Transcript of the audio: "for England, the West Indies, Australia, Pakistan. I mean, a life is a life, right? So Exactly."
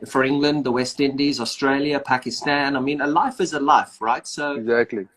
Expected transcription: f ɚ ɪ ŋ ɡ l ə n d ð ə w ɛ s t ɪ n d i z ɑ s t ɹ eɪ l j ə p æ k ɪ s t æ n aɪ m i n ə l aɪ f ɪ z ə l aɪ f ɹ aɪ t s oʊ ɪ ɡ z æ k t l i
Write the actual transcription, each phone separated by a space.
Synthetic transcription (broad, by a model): f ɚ ɪ ŋ ɡ l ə n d ð ə w ɛ s t ɪ n d i z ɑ s t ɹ eɪ l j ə p æ k ɪ s t æ n aɪ m i n ə l aɪ f ɪ z ə l aɪ f ɹ aɪ t s oʊ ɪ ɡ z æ k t l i